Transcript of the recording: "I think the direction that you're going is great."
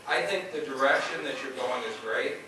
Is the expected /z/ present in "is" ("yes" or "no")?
yes